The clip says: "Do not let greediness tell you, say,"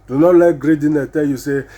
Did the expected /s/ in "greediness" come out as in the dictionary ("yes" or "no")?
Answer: no